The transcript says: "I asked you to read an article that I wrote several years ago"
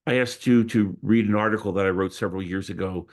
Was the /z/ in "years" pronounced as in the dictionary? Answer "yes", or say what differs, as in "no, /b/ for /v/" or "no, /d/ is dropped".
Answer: yes